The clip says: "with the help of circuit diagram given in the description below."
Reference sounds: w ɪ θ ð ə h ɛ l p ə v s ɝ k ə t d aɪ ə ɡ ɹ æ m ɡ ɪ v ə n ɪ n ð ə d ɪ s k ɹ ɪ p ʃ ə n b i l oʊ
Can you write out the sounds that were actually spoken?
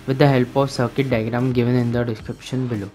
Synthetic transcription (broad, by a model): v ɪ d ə h ɛ l p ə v s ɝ k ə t d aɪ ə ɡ ɹ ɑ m ɡ ɪ v ə n ɪ n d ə d ɪ s k ɹ ɪ p ʃ ə n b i l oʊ